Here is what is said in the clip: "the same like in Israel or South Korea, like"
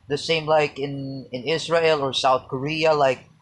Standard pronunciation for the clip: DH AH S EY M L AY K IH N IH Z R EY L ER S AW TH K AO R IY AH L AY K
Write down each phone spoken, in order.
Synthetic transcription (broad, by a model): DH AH S EY M L AY K IH N IH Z R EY L ER S AW TH K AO R IY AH L AY K